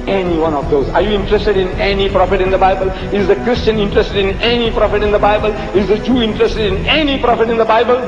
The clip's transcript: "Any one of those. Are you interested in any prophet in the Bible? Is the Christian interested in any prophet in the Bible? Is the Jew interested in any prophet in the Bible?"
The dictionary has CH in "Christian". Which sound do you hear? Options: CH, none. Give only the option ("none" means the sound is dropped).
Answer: CH